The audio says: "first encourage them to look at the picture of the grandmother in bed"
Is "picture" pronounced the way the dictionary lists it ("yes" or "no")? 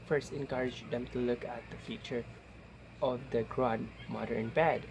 no